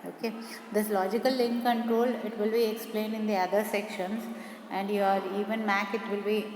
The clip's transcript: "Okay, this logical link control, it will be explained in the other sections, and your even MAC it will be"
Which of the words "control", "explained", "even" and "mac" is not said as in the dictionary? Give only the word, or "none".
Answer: none